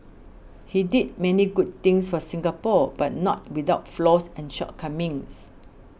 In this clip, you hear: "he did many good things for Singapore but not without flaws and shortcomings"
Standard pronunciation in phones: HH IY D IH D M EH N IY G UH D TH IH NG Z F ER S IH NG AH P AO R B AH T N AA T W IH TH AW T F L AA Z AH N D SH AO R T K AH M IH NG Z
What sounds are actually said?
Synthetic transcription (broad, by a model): HH IY D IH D M EH N IY G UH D T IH NG S F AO S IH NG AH P AO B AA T N AA T W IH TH AW T F L AA S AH N SH AO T K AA M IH NG S